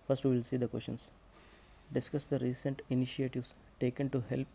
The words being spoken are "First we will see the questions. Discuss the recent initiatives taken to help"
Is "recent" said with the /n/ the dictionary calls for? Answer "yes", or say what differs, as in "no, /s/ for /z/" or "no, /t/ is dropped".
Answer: yes